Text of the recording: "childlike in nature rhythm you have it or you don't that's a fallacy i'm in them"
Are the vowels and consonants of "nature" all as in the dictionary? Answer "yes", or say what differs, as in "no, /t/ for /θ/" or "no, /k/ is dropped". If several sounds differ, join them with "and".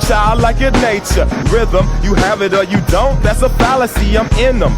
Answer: yes